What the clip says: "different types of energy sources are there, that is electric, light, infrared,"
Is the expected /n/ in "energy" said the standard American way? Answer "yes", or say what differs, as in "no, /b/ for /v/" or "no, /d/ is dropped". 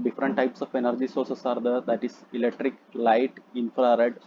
yes